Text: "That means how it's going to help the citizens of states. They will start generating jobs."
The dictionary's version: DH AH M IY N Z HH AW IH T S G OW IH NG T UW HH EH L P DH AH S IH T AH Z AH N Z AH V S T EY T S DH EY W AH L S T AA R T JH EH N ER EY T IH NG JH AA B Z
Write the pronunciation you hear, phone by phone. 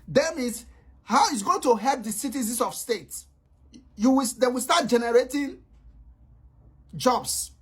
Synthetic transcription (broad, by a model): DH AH M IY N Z HH AW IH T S G OW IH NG T UW HH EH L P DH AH S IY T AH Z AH N S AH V S T EY T S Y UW W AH W S T AA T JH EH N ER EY T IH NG JH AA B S